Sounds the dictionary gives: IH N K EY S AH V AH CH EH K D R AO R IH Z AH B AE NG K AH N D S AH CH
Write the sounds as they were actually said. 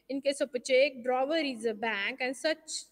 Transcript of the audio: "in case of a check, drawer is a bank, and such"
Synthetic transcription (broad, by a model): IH N K EY S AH P AH CH EH K D R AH R IH Z AH B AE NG K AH N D S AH CH